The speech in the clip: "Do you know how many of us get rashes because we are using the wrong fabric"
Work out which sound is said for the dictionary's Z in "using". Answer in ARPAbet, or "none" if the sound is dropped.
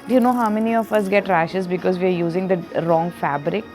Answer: Z